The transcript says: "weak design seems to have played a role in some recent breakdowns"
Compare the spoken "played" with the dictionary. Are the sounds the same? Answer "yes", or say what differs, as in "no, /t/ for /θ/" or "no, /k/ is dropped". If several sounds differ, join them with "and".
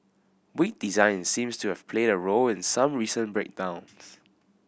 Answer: yes